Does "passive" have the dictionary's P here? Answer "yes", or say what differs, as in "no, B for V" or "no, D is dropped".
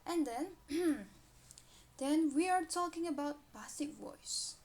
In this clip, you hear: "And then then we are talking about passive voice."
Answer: no, B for P